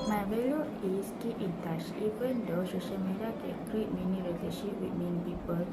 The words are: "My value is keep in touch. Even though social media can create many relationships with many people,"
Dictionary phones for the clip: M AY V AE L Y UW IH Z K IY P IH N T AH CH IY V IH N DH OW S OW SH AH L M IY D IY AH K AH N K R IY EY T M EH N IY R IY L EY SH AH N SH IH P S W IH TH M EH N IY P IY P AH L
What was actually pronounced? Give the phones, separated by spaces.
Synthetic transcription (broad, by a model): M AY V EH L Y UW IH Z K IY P IH N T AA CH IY P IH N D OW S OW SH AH L M IY D IY AH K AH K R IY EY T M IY N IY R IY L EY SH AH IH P W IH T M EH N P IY P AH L